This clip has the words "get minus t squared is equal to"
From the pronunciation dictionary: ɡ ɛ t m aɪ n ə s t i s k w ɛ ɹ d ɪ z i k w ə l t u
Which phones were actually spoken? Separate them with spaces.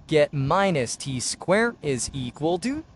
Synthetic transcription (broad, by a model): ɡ ɛ t m aɪ n ə s t i s k w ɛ ɹ ɪ z i k w ə l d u